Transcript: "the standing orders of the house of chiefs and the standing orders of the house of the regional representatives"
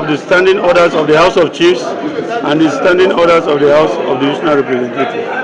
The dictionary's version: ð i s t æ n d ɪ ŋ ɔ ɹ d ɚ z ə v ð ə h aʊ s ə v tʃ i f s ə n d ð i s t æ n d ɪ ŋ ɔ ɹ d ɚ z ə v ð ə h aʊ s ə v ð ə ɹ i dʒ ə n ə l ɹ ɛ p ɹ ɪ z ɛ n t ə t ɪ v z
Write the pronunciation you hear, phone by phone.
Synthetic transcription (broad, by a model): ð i s t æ n d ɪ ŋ ɔ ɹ d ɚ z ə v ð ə h aʊ s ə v tʃ i f s ə n d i s t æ n d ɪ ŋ ɔ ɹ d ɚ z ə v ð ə h aʊ s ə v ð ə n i ʃ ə n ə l ɹ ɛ p ɹ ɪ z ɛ n t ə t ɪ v